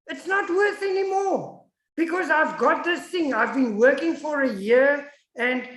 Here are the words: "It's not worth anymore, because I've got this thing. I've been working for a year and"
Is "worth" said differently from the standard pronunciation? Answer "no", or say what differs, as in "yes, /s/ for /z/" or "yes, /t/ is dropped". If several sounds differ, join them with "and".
no